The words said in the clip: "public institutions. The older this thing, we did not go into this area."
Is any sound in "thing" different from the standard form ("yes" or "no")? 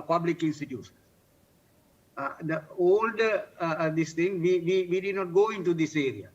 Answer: yes